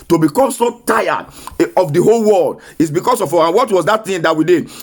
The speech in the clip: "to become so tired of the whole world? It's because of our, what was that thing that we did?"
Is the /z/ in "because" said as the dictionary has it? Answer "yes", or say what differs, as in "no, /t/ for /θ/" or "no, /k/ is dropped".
no, /s/ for /z/